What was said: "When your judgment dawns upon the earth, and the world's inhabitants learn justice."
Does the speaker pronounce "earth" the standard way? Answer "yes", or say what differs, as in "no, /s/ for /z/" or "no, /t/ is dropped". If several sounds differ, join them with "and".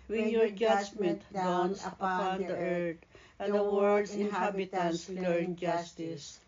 no, /t/ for /θ/